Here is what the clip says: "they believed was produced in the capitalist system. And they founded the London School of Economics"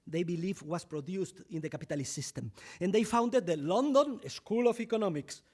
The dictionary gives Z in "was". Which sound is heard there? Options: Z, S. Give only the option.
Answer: S